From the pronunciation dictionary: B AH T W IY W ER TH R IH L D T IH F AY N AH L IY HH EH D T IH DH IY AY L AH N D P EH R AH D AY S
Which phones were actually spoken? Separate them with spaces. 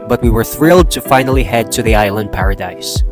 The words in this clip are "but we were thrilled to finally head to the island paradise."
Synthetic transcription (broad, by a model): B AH T W IY W ER TH R IH L D T IH F AY N AH L IY HH EH D T IH DH IY AY L AH N D P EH R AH D AY S